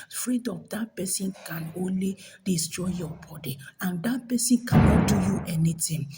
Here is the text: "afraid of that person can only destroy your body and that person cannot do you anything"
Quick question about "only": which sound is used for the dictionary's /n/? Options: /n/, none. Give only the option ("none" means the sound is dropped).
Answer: /n/